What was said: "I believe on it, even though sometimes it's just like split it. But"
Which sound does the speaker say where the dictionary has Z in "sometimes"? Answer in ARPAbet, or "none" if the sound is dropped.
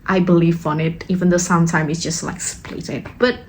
none